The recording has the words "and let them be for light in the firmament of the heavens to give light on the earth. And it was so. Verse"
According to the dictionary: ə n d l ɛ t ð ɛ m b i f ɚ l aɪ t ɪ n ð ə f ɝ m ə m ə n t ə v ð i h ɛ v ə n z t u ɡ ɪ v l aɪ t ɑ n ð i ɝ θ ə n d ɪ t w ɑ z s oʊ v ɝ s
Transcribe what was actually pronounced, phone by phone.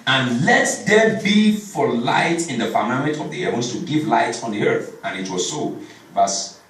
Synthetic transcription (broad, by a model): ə n l ɛ t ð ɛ b i f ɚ l aɪ t ɪ n ð ə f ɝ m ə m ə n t ə v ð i h ɛ v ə n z t u ɡ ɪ v l aɪ t ɑ n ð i ɝ θ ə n ɪ t w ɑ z s oʊ v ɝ s